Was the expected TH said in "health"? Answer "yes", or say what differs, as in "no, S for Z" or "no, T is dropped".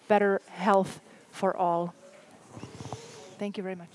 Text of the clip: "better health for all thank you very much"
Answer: yes